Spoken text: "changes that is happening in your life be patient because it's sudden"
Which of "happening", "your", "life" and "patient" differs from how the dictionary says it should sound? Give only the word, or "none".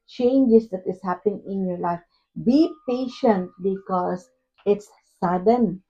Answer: none